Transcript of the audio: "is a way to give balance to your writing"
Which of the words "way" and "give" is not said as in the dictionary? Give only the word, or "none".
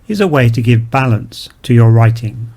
none